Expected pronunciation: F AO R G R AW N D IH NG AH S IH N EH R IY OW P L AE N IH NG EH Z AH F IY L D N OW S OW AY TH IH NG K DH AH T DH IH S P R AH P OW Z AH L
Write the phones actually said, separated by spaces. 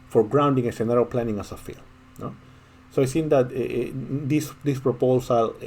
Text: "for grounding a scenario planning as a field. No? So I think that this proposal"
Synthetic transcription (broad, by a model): F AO R G R AW N D IH NG AH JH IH N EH R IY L P L AE N IH NG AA S AH F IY L N OW S OW AY S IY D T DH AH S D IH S P R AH P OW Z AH L